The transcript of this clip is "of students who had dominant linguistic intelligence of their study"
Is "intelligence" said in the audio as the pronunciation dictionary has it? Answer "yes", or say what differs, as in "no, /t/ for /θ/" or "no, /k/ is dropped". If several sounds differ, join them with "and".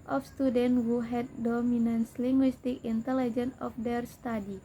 no, /s/ is dropped